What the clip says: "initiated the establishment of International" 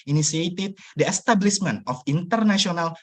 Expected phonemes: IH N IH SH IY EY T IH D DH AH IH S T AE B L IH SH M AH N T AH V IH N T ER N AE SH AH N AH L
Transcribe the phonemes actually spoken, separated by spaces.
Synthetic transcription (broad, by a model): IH N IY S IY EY T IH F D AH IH S T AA B L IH S M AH N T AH F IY N T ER N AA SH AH N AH L